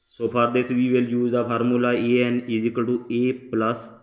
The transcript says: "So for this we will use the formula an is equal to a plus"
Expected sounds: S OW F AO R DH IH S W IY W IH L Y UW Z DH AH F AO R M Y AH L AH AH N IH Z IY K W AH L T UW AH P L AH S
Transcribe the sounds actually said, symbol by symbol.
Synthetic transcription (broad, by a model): S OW P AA R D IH S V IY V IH L Y UW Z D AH P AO R M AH L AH AH N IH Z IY K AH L T UW AH P L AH S